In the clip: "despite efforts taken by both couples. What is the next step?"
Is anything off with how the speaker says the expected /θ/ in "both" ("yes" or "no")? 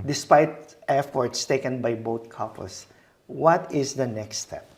yes